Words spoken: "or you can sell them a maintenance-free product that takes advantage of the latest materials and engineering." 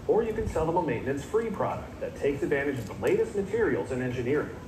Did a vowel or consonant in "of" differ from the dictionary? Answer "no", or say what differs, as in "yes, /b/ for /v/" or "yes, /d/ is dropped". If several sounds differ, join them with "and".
no